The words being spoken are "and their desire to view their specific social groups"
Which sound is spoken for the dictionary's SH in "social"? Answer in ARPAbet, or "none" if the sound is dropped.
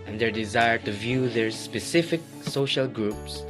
SH